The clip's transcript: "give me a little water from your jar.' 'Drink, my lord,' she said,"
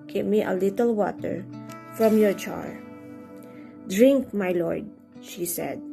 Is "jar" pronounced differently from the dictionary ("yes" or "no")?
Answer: yes